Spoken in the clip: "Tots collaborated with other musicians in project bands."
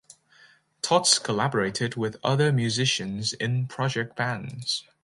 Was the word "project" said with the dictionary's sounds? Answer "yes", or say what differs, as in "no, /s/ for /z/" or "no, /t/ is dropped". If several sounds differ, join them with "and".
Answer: yes